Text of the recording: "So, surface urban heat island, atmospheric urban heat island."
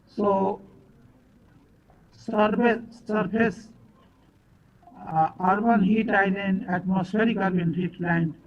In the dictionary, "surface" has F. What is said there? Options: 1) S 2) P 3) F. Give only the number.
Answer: 2